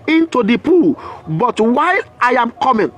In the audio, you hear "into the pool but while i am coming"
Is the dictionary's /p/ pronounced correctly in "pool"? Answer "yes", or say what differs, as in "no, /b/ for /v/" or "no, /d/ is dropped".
yes